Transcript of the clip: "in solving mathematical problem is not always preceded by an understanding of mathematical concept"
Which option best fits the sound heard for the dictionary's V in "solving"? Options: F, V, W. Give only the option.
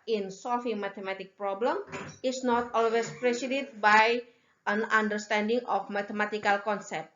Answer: F